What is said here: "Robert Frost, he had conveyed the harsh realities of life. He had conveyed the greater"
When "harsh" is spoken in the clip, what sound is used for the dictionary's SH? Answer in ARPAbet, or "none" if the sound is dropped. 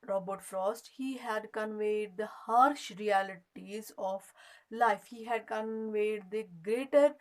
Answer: SH